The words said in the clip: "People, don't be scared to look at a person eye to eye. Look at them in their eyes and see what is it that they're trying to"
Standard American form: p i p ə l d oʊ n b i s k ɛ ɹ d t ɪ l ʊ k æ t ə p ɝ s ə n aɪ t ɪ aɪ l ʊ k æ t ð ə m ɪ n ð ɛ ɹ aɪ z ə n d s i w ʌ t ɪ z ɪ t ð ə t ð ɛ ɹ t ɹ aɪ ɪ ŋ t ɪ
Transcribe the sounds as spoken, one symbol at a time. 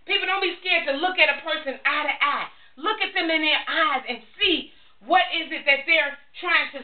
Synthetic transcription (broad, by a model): p i p l d oʊ n b i s k ɛ ɹ d t ɪ l ʊ k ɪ t ə p ɝ s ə n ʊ t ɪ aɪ l ʊ k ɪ t ð ə m ɪ n ð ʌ ɹ aɪ z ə n s i w ʌ t ɪ z ɪ t ð ə t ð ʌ ɹ t ɹ aɪ ɪ ŋ t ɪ